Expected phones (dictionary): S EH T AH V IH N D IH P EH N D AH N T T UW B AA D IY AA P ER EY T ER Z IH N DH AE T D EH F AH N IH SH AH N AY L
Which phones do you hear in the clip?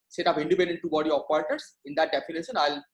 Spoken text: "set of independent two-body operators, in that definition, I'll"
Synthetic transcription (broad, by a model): S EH T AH P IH N D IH P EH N D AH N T T UW B AA D IY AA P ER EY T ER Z IH N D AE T D EH F AH N IH SH AH N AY L